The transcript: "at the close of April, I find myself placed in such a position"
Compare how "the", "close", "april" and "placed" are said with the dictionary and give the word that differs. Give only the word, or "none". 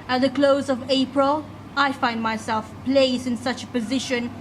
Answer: placed